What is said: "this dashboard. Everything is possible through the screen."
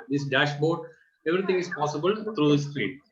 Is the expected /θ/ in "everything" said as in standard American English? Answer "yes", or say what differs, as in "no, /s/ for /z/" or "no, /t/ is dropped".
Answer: no, /t/ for /θ/